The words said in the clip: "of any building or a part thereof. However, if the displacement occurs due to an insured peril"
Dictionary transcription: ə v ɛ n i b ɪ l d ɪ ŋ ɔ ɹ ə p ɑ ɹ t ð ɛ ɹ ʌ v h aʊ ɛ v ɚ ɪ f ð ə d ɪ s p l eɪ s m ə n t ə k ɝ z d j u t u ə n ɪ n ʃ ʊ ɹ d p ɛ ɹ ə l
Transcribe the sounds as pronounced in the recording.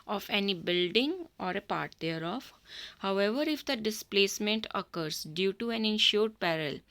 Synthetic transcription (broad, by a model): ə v ɛ n i b ɪ l d ɪ ŋ ɔ ɹ ə p ɑ ɹ t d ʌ ɹ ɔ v h aʊ ɛ v ɚ ɪ f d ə d ɪ s p l eɪ s m ə n t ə k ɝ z d j u t u ə n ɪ n ʃ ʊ ɹ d p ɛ ɹ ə l